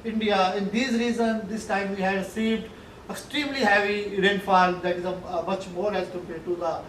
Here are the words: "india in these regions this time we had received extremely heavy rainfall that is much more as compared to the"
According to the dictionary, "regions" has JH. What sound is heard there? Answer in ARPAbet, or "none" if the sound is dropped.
Z